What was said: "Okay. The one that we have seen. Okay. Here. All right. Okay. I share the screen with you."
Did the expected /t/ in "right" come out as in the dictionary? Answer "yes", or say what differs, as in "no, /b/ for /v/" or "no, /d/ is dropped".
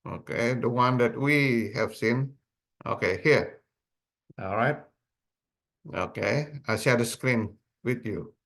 yes